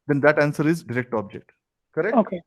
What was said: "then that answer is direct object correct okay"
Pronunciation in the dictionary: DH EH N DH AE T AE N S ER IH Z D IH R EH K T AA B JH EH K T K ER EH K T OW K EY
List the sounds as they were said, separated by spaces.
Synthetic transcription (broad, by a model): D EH N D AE T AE N S ER IH Z D IH R EH K T AA B JH EH K T K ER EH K OW K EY